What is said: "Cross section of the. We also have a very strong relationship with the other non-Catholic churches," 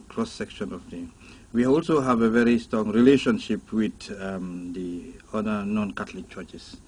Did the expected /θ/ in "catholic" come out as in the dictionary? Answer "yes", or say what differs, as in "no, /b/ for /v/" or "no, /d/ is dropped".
no, /t/ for /θ/